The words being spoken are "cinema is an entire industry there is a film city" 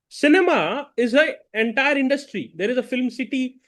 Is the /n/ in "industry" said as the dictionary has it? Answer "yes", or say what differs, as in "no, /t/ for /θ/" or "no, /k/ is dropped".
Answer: yes